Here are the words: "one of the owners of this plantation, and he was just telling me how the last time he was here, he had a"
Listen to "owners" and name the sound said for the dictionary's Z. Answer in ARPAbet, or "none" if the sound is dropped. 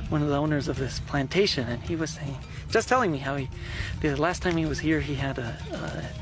Z